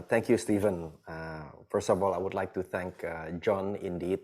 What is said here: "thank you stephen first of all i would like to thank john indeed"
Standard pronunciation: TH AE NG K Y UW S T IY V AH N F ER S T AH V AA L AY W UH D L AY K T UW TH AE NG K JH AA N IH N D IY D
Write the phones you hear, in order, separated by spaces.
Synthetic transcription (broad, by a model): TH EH NG K Y UW S T IY V AH N F ER S T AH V AA L AY W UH D L AY K T UW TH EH NG K JH AA N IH N D IY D